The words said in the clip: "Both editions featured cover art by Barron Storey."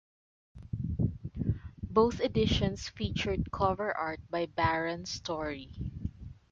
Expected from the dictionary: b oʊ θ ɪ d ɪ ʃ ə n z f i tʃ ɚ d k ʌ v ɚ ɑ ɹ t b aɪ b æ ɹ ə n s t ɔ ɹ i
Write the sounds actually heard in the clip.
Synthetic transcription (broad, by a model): b oʊ θ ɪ d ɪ ʃ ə n s f i tʃ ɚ d k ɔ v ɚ ɑ ɹ t b aɪ b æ ɹ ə n s t ɔ ɹ i